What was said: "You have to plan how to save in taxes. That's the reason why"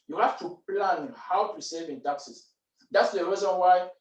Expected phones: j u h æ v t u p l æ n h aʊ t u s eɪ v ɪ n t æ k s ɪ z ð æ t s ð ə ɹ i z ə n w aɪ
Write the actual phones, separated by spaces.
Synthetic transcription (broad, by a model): j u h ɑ f t u p l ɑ n h aʊ t u s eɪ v ɪ n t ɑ k s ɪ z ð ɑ t s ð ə ɹ i z ə n w aɪ